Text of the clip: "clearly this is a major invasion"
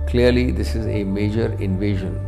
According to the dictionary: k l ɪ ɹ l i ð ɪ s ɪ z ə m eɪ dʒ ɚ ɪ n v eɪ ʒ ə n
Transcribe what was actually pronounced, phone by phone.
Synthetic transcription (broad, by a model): k l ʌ ɹ l i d ɪ s ɪ z ə m eɪ dʒ ɚ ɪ n v eɪ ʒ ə n